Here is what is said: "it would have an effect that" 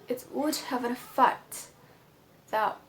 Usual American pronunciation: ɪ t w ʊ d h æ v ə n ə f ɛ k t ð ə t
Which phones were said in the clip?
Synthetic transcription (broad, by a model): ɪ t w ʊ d h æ v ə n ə f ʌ t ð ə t